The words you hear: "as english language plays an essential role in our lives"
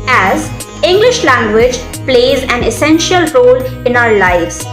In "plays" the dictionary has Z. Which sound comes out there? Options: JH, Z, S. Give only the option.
Z